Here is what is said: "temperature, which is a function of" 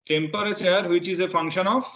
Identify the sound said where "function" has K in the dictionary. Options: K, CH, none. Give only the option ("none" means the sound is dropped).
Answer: K